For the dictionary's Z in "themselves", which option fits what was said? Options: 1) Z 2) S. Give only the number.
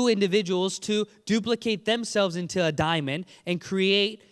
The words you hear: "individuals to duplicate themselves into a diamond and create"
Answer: 1